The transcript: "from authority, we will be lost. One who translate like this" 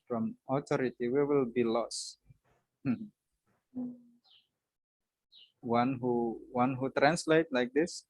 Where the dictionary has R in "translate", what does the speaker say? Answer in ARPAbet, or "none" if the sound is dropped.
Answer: R